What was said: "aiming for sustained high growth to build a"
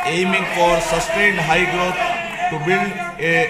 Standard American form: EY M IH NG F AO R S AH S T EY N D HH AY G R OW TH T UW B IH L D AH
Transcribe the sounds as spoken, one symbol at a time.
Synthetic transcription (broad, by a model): EY M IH NG F AO R S AH S T EY N D HH AY G R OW T T UW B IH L AH